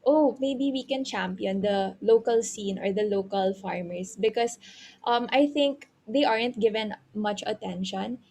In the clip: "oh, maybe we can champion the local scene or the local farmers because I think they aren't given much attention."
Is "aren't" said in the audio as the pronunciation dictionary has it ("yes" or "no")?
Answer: yes